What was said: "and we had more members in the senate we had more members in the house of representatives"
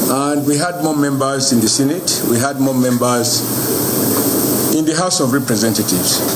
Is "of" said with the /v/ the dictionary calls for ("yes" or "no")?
yes